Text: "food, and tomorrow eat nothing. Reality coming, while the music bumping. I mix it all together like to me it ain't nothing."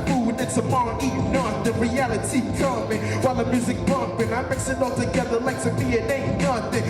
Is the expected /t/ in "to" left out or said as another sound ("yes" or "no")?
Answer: yes